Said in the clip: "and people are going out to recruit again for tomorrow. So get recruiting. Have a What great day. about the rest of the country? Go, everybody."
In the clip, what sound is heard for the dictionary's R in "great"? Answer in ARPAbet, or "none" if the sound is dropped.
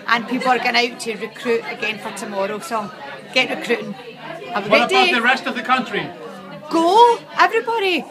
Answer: none